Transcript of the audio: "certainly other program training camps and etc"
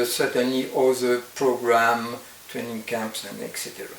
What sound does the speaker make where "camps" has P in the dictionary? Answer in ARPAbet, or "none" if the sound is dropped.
P